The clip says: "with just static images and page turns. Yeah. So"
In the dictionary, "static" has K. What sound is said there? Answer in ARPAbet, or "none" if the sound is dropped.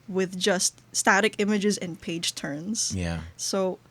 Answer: K